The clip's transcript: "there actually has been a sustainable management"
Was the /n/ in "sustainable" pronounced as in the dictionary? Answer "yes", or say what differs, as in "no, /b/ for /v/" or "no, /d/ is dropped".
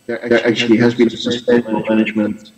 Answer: no, /n/ is dropped